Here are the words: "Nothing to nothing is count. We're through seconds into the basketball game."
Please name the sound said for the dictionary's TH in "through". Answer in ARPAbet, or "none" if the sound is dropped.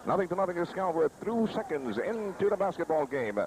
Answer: TH